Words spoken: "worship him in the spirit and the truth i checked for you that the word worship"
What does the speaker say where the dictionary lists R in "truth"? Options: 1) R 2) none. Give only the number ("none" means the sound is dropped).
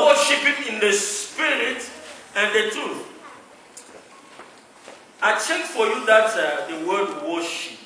2